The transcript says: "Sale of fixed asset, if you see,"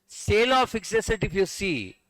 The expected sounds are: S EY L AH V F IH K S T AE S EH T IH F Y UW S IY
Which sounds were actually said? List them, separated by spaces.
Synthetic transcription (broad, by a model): S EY L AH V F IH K S EH S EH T IH F Y UW S IY